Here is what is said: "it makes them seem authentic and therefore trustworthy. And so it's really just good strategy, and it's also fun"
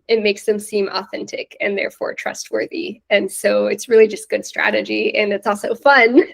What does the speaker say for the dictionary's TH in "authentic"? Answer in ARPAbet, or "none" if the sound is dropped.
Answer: TH